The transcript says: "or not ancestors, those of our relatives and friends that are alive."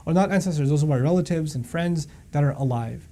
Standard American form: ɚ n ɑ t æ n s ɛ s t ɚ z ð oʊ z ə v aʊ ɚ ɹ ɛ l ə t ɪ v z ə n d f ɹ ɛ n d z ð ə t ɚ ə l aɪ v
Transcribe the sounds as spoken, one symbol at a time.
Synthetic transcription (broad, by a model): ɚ n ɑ t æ n s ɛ s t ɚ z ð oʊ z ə b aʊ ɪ ɹ ɛ l ə t ɪ v z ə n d f ɹ ɛ n d z ð ə t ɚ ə l aɪ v